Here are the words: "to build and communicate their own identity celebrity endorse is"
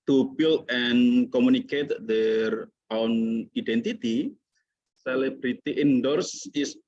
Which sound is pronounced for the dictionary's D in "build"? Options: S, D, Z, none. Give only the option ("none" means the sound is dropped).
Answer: none